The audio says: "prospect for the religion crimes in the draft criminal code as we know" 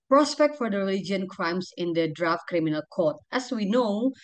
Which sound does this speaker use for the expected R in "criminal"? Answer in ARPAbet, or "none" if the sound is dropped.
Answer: R